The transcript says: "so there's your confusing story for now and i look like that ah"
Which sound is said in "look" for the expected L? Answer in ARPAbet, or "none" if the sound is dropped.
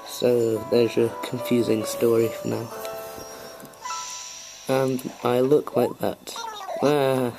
L